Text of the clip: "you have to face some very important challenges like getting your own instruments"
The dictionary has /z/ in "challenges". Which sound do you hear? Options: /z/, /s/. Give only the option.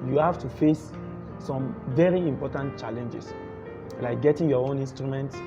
/s/